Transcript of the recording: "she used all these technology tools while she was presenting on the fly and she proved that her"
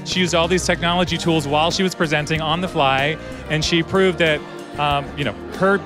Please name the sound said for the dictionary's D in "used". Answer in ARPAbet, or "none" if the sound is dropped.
D